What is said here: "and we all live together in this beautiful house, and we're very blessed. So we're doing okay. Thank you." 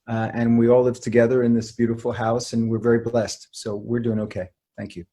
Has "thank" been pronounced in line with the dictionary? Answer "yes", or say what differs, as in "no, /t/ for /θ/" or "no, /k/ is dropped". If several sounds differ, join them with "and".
yes